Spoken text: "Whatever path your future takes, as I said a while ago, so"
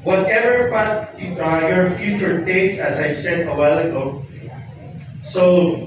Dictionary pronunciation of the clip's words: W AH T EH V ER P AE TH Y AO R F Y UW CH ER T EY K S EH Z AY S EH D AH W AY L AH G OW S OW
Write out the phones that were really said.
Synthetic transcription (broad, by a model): W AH T EH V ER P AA T Y AO R F Y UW CH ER T EY K S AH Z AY S EH D AH W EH L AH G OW S OW